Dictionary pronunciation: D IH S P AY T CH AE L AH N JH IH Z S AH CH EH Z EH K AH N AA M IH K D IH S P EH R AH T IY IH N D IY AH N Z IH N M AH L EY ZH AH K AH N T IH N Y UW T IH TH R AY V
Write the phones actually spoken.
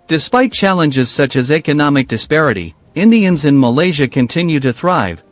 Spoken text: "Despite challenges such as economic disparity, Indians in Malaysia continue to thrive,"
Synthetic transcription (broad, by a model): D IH S P AY T CH AE L AH N JH IH Z S AH CH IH Z EH K AH N AA M IH K D IH S P EH R AH T IY IH N D IY AH N Z IH N M AH L EY ZH AH K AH N T IH N Y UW T IH TH R AY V